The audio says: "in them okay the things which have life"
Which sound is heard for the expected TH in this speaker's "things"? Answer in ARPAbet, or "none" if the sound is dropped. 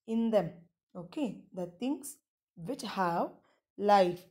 T